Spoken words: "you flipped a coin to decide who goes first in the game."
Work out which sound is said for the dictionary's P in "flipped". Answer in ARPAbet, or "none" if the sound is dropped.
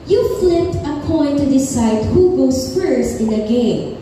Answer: none